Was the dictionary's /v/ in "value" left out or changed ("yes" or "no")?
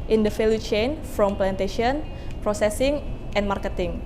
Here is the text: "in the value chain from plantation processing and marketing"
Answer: yes